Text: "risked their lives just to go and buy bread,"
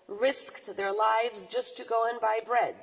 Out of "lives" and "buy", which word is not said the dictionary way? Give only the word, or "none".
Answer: none